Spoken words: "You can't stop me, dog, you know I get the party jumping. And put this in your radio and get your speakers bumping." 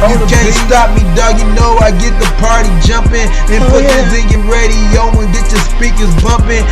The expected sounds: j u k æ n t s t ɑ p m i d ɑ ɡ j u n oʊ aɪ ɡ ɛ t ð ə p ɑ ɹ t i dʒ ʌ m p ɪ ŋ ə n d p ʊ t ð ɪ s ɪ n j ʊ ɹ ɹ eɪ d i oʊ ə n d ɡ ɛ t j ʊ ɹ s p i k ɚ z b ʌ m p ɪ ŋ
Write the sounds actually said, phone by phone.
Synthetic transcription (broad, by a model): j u k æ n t s t ɑ p m i d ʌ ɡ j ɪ n oʊ aɪ ɡ ɛ t ð ə p ɑ ɹ t i dʒ ʌ m p ɪ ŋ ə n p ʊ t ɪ θ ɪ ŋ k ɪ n ɹ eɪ d i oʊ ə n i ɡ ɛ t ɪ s p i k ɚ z b ʌ m p ɪ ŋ